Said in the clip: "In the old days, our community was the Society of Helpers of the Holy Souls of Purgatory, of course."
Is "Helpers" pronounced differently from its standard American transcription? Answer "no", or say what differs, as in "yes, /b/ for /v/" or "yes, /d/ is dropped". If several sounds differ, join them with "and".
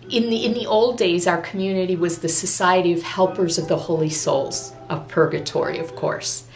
no